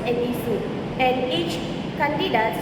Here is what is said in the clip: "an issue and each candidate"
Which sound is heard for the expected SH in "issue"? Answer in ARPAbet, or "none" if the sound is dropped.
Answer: S